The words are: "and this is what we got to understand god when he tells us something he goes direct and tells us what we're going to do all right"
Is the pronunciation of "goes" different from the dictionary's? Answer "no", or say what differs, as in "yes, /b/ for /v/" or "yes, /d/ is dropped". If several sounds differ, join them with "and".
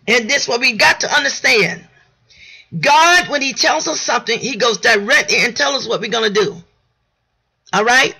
no